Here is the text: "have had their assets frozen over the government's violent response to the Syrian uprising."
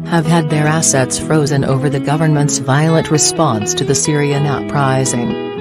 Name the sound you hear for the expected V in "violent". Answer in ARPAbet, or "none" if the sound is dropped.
V